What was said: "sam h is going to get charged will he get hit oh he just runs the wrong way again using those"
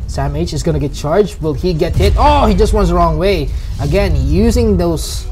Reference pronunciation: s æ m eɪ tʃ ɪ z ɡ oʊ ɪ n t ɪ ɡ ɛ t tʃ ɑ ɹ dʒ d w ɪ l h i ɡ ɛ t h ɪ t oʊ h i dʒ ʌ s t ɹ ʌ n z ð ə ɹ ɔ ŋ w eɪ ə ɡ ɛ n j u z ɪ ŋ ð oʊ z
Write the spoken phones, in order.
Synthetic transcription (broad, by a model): s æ m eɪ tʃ ɪ z ɡ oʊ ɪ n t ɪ ɡ ɛ t tʃ ɑ ɹ dʒ d w ɪ l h i ɡ ɛ t h ɪ t oʊ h i dʒ ʌ s t w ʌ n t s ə ɹ ɔ ŋ w eɪ ə ɡ ɛ n j u z ɪ ŋ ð oʊ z